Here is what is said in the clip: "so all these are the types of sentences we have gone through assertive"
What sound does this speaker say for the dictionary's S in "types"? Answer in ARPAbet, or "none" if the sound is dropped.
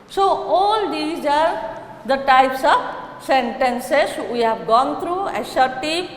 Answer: S